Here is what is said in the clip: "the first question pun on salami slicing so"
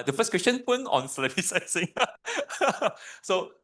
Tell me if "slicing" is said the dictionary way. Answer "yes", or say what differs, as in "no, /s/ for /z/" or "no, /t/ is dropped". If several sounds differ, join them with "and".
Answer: no, /l/ is dropped